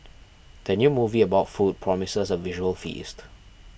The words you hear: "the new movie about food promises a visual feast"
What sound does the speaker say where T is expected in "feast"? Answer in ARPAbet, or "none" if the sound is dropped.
T